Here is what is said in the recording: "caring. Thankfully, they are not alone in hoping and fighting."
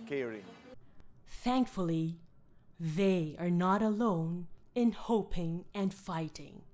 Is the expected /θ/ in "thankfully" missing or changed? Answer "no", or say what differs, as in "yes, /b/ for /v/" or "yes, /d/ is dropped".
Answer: no